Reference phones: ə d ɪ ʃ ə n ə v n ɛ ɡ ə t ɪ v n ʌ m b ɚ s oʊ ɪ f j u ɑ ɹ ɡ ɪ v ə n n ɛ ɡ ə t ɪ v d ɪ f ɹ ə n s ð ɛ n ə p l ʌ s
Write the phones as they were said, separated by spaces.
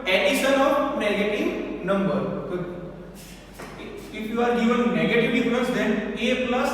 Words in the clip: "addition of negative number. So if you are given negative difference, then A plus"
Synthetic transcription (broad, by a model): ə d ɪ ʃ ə n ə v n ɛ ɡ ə t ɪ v n ʌ m b ɚ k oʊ ɪ f j u ɑ ɹ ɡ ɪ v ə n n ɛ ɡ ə t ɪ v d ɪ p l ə s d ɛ n ə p l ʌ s